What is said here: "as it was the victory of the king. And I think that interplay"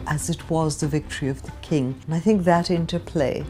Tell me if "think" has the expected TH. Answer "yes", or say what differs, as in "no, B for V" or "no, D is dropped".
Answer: yes